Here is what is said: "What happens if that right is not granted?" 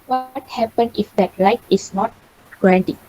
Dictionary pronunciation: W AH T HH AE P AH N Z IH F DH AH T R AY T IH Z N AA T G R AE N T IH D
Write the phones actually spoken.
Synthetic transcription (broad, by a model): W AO T HH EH P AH N IH F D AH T L AY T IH S N AA T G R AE N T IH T